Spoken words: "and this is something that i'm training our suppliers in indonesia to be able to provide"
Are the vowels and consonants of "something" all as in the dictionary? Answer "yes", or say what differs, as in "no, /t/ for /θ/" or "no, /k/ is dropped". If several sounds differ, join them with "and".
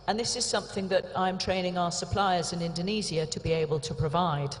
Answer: yes